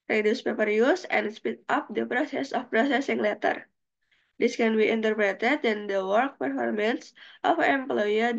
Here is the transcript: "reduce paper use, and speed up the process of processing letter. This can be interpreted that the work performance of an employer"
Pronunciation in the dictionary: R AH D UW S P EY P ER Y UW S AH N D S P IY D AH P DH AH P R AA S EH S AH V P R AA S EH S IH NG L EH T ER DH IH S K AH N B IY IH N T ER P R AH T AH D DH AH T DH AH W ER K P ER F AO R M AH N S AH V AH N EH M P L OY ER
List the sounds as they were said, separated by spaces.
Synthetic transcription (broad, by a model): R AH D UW S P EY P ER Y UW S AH N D S P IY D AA P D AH P R AA S EH S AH F P R AA S EH S IH NG L EH T ER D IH S K AH N B IY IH N T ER P R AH T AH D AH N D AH W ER K P ER F AO R M AH N S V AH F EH M P L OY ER